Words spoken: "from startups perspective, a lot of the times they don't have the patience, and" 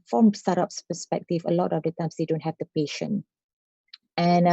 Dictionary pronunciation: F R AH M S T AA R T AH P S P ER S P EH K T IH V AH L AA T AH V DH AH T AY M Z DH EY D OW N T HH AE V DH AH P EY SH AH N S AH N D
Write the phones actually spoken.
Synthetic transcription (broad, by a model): F R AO M S T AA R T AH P S P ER S P EH K T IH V AH L AA T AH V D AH T AY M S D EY D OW N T HH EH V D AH P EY SH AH N AH N